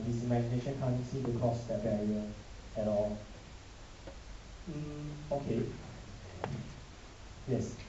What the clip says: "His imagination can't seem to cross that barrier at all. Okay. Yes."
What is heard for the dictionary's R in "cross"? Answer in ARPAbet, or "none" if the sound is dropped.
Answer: none